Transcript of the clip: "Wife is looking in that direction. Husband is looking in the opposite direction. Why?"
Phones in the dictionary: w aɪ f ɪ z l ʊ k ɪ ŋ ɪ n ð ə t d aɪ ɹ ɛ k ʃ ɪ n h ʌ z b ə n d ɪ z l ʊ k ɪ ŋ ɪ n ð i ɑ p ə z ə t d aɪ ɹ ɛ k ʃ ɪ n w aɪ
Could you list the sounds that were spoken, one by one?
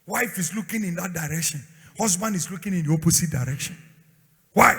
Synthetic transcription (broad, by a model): w aɪ f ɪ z l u k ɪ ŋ ɪ n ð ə t d aɪ ɹ ɛ k ʃ ɪ n h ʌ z b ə n d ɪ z l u k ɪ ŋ ɪ n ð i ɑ p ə s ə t d aɪ ɹ ɛ k ʃ ɪ n w aɪ